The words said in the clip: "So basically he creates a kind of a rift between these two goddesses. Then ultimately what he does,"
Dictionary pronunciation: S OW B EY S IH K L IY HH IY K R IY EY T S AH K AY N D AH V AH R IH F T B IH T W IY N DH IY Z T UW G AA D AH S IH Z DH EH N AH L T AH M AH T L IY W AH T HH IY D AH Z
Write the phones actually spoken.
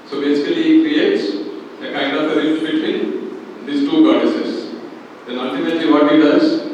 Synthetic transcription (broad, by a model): S OW B EY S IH K IY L IY K R IY EY T S AH K AY N D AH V AH R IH T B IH T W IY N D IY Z T UW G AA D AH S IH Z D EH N AH L T AH M AH T L IY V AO T HH IY D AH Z